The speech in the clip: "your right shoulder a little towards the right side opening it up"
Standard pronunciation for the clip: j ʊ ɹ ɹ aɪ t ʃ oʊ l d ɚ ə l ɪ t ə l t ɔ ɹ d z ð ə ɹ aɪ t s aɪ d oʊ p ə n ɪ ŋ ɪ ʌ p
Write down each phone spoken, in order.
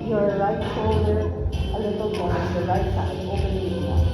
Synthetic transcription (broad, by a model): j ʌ ɹ ɹ aɪ t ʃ oʊ l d ɚ ə l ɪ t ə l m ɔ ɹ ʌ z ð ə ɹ aɪ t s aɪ oʊ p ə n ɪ ɪ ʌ